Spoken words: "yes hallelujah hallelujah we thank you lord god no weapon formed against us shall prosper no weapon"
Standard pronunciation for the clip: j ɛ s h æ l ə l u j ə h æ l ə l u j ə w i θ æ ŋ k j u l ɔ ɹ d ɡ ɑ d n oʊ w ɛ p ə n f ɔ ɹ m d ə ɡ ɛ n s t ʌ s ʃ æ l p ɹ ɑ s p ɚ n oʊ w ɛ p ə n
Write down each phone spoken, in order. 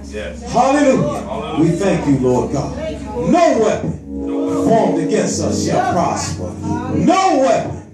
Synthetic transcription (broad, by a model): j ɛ h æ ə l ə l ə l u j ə w i θ æ ŋ k j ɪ l ɔ ɹ d ɡ ɑ d n oʊ w ɛ p ə n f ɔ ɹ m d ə ɡ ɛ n s ʌ s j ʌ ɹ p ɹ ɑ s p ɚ n oʊ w ɛ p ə n